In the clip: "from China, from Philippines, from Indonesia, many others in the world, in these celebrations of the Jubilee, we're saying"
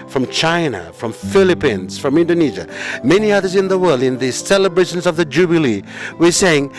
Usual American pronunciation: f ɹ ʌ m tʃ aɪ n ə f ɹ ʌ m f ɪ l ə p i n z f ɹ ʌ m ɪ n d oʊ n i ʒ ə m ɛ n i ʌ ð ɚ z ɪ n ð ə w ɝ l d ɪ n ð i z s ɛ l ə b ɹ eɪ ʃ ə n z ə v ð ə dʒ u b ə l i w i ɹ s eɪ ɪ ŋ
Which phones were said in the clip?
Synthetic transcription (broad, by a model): f ɹ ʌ m tʃ aɪ n ə f ɹ ʌ m f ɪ l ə p i n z f ɹ ʌ m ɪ n d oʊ n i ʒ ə m ɛ n i ʌ ð ɚ z ɪ n ð ə w ɝ l d ɪ n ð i s ɛ l ə b ɹ eɪ ʃ ə n z ə v ð ə dʒ u b ə l i w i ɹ s eɪ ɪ ŋ